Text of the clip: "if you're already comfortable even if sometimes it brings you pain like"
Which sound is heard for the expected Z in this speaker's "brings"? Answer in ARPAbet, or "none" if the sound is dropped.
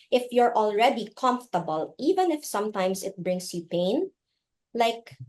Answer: S